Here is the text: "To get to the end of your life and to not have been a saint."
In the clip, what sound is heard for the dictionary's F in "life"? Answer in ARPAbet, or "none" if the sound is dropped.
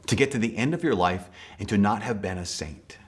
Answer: F